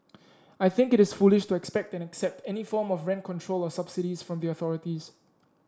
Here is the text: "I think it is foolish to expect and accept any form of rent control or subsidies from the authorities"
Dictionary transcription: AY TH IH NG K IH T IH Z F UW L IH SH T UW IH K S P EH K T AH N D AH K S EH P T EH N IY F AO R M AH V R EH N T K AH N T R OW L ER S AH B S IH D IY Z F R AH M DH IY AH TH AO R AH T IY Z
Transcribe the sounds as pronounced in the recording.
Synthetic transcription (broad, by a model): AY TH IH NG K IH T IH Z F UW L IH SH T UW IH K S P EH K T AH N AH K S EH P T EH N IY F AO M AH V R EH N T K AH N T R OW L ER S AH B S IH D IY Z F R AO M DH IY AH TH AO R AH T IY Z